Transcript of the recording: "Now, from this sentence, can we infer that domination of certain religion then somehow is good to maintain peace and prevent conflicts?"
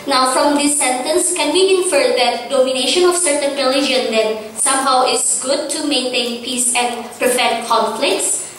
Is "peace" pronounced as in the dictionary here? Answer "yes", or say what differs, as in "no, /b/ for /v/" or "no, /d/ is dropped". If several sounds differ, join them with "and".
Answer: yes